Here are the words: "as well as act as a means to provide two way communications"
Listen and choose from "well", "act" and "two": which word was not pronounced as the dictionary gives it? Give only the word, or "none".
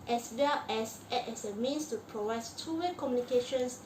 act